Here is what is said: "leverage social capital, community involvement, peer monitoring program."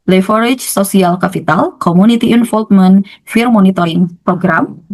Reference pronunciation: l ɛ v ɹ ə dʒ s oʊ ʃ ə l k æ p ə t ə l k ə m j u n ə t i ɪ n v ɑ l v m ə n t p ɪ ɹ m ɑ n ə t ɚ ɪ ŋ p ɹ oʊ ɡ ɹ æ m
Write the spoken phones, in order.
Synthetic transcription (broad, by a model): l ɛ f ɹ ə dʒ s oʊ s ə l k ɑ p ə t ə l k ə m u n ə t i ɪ n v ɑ l f m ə n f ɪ ɹ m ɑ n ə t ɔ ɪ ŋ p ɹ oʊ ɡ ɹ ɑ m